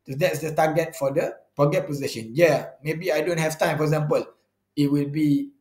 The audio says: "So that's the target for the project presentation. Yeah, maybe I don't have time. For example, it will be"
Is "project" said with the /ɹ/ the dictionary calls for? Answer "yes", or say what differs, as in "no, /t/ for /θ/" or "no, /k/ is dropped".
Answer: no, /ɹ/ is dropped